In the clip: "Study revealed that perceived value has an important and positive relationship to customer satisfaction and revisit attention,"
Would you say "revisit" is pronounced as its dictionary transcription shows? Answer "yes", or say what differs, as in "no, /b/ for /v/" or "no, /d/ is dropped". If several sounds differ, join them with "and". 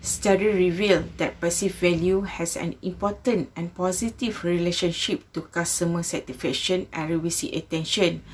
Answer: no, /w/ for /v/ and /s/ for /z/